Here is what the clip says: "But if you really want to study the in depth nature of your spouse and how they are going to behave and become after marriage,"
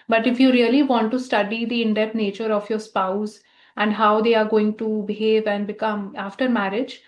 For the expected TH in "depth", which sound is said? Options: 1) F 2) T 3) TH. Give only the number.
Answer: 2